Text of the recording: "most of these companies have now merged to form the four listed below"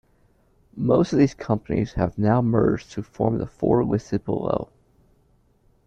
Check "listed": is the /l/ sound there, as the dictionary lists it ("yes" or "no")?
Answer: no